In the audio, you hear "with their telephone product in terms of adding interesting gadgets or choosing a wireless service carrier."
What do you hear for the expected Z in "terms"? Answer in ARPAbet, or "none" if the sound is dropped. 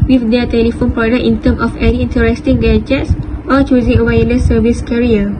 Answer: none